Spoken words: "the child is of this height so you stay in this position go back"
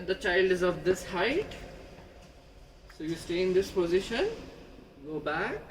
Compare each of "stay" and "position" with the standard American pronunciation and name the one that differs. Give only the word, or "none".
none